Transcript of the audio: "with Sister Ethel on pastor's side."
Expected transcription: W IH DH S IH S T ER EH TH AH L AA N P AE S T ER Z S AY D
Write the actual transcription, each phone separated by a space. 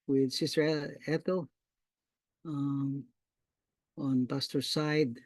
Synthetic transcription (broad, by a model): W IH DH S IH S T ER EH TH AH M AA N B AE S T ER S AY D